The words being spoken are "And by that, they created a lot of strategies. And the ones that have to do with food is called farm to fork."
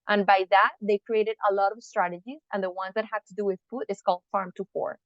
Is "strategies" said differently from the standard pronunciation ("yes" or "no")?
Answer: no